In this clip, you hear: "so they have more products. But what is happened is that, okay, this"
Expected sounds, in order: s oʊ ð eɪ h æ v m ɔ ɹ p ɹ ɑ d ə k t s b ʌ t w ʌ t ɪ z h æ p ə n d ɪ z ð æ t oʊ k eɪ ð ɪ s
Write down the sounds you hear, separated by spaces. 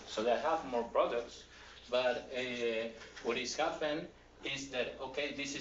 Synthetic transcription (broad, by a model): s oʊ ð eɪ h æ v m ɔ ɹ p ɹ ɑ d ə k t s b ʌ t w ʌ t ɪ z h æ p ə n ɪ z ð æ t oʊ k eɪ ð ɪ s